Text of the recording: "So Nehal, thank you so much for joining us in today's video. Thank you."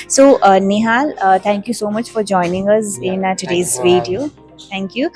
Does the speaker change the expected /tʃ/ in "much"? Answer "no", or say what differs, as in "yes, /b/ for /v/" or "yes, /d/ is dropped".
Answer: no